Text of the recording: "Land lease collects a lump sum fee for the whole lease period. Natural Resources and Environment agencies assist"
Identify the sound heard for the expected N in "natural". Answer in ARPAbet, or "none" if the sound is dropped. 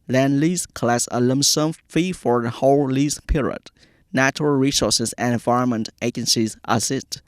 N